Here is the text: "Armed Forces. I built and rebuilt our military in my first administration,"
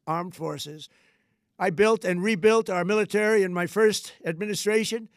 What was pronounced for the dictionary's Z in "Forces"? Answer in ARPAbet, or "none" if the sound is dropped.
Z